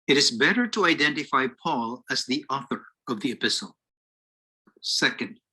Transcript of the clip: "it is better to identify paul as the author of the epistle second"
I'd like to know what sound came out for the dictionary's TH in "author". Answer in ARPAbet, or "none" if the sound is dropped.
TH